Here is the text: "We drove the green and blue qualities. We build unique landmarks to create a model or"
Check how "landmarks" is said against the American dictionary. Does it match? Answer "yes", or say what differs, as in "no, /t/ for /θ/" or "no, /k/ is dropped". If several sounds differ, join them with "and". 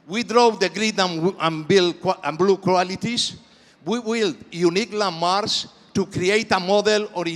no, /k/ is dropped